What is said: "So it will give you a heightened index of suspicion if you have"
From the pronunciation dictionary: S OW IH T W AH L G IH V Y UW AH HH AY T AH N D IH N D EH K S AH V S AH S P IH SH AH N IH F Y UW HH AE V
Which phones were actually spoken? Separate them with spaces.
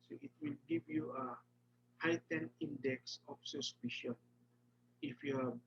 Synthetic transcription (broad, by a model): S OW IH T W AH L G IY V Y UW AH HH AY T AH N IY N D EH K S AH F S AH S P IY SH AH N IH F Y UW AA